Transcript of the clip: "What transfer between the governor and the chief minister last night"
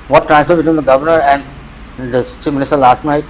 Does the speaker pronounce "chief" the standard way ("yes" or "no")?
yes